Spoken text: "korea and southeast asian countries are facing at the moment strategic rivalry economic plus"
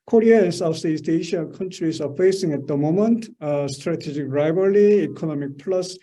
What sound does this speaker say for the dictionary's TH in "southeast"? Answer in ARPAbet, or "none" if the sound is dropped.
S